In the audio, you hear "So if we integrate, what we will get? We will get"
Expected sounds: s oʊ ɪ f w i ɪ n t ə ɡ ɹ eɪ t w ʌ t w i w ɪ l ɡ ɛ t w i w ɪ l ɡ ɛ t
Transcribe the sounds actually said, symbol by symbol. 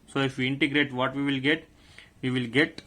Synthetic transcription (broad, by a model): s oʊ ɪ f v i ɪ n t ə ɡ ɹ eɪ t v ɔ t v i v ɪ l ɡ ɛ t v i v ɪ l ɡ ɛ t